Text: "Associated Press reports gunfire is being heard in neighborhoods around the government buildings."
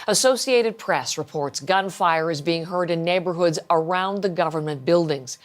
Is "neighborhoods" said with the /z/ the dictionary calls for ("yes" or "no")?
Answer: yes